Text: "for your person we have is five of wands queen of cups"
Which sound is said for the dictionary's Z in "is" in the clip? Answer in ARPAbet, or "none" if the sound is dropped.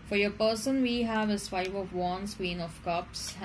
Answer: S